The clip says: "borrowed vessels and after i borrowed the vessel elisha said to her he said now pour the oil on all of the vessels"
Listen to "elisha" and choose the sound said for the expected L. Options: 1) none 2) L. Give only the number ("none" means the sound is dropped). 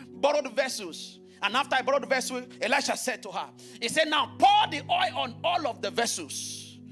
1